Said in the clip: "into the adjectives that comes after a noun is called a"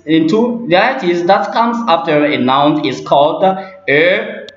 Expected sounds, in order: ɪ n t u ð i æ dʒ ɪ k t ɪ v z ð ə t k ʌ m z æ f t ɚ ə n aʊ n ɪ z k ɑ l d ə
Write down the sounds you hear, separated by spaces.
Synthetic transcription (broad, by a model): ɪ n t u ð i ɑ ɪ t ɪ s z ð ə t k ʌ m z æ f t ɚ ə n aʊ n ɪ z k ɑ l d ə